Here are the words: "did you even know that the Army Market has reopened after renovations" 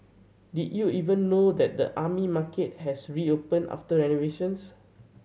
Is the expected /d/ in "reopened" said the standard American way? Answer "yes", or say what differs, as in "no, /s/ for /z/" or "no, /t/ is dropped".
no, /d/ is dropped